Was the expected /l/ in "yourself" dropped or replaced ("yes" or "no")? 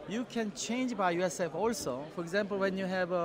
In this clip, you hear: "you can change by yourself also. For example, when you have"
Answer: yes